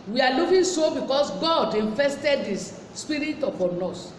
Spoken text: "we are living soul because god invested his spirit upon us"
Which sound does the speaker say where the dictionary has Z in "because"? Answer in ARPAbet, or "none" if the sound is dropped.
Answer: S